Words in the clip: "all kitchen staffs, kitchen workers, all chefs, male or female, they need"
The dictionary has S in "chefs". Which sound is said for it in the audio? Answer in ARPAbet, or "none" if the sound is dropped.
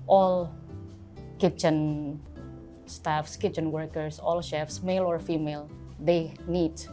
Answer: S